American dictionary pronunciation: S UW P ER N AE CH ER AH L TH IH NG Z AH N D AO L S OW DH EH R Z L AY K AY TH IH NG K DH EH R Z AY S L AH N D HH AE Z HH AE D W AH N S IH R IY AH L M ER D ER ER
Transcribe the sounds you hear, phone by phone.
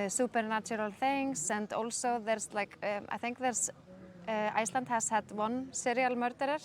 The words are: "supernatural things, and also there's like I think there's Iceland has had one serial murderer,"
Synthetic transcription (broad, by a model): S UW P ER N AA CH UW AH L TH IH NG S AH N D AO L S OW DH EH R S L AY K AY TH IH NG K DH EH R S AY S L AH N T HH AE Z HH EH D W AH N S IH R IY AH L M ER D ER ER